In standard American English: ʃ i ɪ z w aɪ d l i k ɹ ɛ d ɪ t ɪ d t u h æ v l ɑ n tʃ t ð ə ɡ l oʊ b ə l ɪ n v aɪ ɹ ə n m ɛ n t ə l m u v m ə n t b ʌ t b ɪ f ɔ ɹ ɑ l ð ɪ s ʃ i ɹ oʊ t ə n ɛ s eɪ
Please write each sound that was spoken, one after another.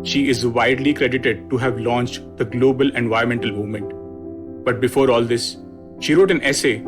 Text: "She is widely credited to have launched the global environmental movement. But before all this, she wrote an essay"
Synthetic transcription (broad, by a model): ʃ i ɪ z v aɪ d l i k ɹ ɛ d ɪ t ɪ d t u h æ v l ɑ n tʃ t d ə ɡ l oʊ b ə l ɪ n v aɪ ə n m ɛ n t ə l m u v m ə n t b ʌ t b ɪ f ɔ ɹ ɑ l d ɪ s ʃ i ɹ oʊ t ə n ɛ s eɪ